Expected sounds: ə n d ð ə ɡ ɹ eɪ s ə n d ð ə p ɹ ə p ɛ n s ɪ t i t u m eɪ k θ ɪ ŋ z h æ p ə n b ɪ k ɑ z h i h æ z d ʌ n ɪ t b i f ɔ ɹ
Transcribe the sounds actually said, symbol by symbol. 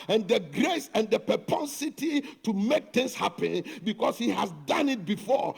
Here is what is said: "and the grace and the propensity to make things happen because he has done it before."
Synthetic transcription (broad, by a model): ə n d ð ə ɡ ɹ eɪ s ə n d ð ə p ə p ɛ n s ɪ t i t u m eɪ k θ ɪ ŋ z h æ p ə n b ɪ k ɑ s h i h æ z d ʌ n ɪ t b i f ɔ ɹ